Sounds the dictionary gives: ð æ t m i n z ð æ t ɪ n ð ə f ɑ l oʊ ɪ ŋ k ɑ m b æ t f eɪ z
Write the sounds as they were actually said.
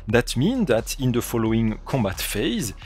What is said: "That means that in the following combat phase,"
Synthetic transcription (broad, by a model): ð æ t m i n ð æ t ɪ n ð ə f ɑ l oʊ ɪ ŋ k ɑ m b æ t f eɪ z